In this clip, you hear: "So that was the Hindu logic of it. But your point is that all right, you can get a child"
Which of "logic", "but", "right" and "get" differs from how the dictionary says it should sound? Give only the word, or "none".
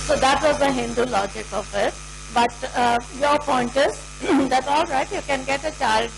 none